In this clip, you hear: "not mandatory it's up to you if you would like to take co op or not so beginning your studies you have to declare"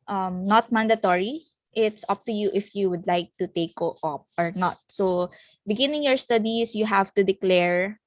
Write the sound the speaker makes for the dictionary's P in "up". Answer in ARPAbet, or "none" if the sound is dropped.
P